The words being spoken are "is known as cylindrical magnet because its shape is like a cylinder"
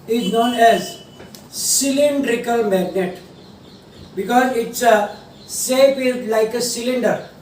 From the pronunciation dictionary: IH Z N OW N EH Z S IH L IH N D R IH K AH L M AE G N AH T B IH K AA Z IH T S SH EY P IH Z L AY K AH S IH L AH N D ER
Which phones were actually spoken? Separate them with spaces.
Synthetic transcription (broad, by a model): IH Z N OW N EH Z S IH L IH N D R IH K AH L M AE G N AH T B IH K AA Z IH T S S EY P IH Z L AY K AH S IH L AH N D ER